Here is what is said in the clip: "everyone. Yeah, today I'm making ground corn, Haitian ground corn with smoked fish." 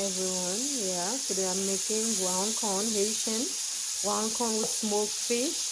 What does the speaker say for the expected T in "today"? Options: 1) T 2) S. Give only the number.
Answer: 2